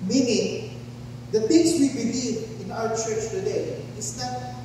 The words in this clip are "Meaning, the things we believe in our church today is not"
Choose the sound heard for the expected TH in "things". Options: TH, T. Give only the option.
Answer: T